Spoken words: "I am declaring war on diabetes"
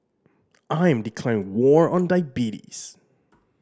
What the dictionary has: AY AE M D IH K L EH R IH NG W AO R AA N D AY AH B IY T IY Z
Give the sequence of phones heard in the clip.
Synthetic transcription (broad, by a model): AY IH M D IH K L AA IH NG W AO R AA N D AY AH B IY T IY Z